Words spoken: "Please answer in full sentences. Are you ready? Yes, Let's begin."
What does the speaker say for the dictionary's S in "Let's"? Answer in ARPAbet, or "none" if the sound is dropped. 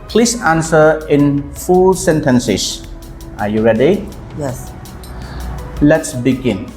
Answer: S